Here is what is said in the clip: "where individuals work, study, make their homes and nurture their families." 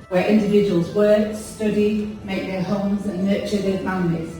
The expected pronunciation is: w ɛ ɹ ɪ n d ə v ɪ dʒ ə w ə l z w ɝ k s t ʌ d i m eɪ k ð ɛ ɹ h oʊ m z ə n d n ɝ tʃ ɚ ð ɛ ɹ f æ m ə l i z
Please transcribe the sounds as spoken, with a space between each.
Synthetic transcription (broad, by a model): w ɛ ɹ ɪ n d ə v ɪ dʒ ə w ə l z w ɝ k s t ʌ d i m eɪ k ð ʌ h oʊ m z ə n n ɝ tʃ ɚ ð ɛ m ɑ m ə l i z